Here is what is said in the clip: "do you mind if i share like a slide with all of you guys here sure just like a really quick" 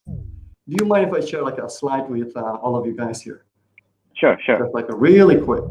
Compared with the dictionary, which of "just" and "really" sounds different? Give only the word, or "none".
just